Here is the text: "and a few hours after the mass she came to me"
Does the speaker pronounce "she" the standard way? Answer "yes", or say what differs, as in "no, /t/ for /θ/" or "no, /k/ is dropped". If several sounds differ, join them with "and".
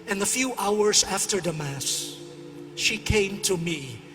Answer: yes